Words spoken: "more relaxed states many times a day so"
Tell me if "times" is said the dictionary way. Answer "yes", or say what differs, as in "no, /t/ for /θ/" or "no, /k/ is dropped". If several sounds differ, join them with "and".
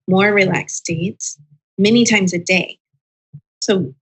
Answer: yes